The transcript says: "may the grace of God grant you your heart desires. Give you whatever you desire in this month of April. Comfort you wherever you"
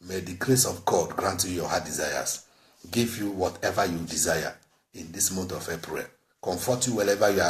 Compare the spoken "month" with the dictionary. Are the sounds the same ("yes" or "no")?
no